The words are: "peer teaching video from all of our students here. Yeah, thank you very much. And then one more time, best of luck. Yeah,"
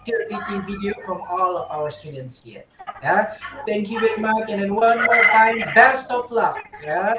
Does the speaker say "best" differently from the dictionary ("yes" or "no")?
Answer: no